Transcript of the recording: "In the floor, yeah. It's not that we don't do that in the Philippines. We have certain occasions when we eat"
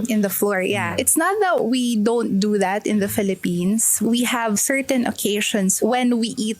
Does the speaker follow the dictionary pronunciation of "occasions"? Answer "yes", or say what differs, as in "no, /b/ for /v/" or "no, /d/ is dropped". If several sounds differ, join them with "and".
no, /ʃ/ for /ʒ/ and /s/ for /z/